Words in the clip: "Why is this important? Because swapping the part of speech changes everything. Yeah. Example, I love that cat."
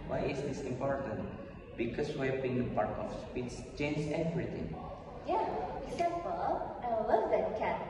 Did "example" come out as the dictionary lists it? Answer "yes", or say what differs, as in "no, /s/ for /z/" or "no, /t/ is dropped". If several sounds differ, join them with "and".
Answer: no, /n/ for /l/